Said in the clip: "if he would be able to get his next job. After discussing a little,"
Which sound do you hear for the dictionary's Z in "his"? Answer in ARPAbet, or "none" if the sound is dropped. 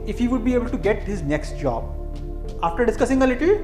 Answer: Z